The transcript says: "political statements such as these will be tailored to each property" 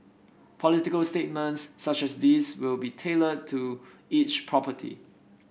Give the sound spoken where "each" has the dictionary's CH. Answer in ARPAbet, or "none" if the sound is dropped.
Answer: CH